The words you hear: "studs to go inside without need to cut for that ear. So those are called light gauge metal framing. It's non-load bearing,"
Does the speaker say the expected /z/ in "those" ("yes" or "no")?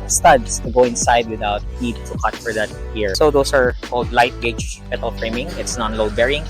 no